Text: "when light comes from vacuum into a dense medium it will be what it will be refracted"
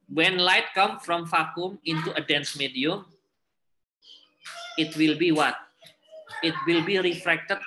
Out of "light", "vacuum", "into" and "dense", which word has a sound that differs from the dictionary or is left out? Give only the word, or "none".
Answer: vacuum